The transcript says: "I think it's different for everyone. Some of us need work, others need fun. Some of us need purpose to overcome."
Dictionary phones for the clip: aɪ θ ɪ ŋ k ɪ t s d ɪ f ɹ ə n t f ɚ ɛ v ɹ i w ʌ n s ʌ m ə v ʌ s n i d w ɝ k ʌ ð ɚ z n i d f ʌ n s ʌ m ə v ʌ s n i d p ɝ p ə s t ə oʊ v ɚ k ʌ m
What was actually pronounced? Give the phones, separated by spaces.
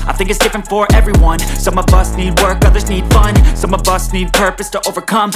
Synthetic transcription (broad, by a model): aɪ θ ɪ ŋ k ɪ t s d ɪ f ɹ ə n t f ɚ ɛ v ɹ i w ʌ n s ʌ m ə v ʌ s n i d w ɝ k ʌ ð ɚ z n i d f ʌ n s ʌ m ə v ʌ s n i d p ɝ p ə s t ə oʊ v ɚ k ʌ m